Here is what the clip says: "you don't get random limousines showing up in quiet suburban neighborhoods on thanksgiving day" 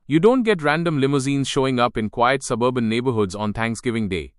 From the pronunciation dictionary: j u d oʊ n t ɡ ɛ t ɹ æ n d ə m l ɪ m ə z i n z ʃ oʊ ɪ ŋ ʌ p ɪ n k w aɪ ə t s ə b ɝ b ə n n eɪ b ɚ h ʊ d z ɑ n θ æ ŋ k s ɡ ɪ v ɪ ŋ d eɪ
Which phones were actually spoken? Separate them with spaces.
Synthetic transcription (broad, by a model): j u d oʊ n t ɡ ɛ t ɹ æ n d ə m l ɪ m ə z i n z ʃ oʊ ɪ ŋ ʌ p ɪ n k w aɪ ə t s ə b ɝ b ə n n eɪ b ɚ h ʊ d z ɑ n t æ ŋ k s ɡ ɪ v ɪ ŋ d eɪ